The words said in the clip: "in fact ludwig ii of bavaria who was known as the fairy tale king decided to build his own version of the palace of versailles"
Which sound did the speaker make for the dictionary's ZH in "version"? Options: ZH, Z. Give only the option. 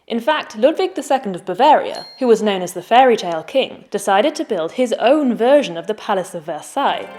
ZH